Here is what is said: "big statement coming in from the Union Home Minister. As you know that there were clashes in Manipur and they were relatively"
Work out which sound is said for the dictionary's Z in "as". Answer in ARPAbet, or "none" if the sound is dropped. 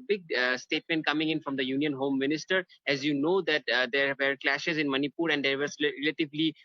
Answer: Z